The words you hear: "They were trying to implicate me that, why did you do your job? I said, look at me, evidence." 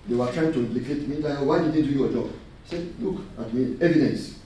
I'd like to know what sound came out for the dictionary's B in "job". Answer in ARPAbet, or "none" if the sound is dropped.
none